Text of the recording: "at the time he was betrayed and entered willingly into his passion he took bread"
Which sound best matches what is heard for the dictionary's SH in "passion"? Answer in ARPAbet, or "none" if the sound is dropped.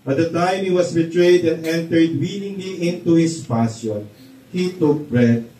S